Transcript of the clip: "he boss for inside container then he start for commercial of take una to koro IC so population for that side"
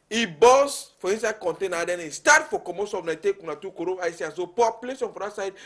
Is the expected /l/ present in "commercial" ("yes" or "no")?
no